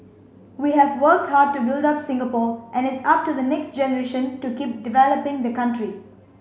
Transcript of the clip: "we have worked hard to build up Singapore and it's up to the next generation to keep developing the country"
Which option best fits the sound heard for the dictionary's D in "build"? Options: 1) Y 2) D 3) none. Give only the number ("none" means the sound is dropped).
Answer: 2